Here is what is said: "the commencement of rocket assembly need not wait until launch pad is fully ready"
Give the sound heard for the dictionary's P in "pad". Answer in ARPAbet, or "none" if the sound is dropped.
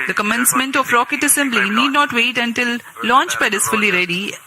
B